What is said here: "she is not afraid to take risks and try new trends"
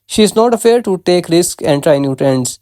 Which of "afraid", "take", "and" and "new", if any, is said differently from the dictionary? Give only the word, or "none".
afraid